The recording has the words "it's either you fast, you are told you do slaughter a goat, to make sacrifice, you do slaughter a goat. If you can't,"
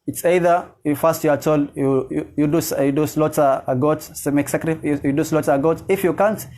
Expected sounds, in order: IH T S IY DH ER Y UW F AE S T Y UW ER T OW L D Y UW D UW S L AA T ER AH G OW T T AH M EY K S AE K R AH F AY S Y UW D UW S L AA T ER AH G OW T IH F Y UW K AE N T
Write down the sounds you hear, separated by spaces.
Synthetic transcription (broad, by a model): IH T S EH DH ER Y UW F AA S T Y UW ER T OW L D Y UW D UW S L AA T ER AH G OW T S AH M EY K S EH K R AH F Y Y UW D UW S L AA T AH G OW T IH F Y UW K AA N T